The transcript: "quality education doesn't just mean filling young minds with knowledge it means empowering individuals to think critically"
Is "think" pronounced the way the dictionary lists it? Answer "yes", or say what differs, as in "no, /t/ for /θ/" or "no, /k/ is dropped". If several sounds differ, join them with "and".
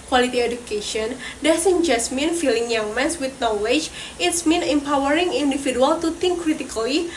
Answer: no, /t/ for /θ/